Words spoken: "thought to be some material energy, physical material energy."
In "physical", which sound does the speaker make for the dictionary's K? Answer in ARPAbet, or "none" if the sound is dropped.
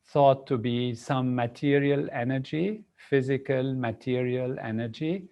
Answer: K